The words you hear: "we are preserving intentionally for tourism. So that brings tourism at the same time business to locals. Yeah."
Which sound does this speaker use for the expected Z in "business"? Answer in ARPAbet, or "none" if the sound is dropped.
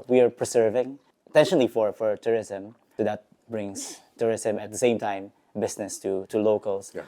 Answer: S